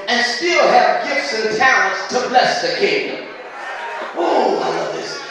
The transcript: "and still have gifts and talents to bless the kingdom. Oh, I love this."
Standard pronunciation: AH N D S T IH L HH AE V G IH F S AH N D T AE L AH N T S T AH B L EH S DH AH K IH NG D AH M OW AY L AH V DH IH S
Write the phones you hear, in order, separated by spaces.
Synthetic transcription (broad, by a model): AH N S T IH L HH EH P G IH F S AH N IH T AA AH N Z T AH B L EH S DH AH K IH NG D AH M OW AY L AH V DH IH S